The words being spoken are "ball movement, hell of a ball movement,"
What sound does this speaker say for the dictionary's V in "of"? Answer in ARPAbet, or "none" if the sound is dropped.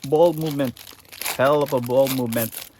P